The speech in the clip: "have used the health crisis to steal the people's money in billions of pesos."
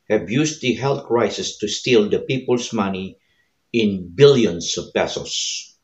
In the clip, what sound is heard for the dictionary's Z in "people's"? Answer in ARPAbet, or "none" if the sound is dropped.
S